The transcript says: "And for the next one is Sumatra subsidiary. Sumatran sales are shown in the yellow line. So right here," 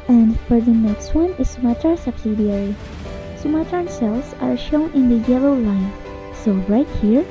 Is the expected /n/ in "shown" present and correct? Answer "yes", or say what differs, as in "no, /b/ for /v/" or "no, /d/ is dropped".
yes